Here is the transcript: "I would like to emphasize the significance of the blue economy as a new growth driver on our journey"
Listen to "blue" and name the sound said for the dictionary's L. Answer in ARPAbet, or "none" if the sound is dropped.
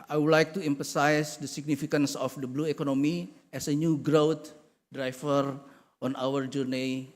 L